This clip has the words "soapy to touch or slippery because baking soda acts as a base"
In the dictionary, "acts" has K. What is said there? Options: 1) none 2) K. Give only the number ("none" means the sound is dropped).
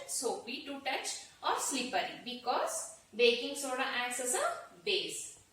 1